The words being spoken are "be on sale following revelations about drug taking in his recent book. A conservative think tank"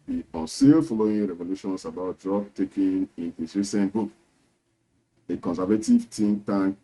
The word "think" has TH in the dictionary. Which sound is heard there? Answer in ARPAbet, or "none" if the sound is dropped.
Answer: T